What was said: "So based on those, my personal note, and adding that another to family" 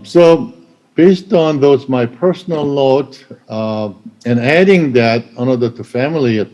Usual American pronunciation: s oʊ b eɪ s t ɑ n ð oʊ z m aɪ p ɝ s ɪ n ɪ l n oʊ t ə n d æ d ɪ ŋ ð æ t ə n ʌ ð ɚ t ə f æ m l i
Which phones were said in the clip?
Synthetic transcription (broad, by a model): s oʊ b eɪ s t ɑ n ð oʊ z m aɪ p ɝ s n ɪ l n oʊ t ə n æ d ɪ ŋ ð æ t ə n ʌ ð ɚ t ə f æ m l i